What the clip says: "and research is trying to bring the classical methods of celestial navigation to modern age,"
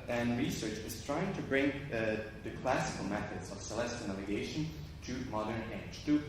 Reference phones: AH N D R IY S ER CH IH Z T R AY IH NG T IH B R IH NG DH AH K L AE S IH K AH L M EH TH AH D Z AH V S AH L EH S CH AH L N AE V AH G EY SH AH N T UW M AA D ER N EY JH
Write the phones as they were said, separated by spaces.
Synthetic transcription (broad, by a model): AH N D R IY S ER CH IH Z T R AY IH NG T IH B R IH NG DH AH K L AE S IH K AH L M EH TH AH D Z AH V S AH L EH S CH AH N AE V AH G EY SH AH N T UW M AA D ER N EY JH